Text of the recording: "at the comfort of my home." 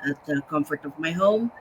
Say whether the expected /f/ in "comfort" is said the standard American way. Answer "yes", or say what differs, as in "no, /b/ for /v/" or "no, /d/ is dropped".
yes